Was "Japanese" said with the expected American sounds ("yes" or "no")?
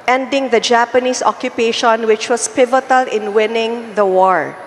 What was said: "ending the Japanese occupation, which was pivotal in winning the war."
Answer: no